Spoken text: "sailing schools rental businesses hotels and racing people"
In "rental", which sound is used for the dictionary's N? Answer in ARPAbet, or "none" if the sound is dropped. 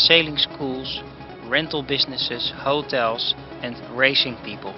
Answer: N